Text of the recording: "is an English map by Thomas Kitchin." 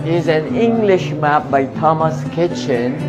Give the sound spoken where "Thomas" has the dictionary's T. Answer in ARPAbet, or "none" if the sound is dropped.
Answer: T